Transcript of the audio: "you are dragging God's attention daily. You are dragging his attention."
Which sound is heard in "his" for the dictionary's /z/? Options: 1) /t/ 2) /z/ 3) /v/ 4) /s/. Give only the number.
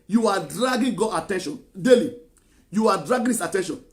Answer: 4